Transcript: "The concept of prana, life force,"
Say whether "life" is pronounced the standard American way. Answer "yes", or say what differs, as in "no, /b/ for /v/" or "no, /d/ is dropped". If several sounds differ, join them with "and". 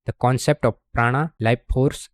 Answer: no, /p/ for /f/